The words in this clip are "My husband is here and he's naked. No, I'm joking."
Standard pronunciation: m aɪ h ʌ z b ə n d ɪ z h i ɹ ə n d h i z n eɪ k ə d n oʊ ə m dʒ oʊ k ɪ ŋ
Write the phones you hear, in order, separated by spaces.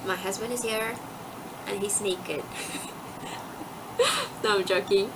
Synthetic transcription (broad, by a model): m aɪ h ʌ z b ə n d ɪ z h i ɹ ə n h i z n eɪ k ə d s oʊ ə m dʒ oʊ k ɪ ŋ